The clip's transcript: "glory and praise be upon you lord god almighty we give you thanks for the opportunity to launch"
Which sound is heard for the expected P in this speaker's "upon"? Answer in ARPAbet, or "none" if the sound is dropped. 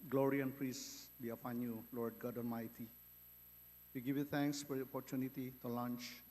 F